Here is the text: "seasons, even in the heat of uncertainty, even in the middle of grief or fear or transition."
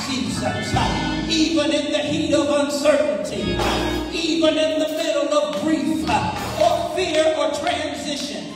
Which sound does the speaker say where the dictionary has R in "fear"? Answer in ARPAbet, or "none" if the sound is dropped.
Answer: R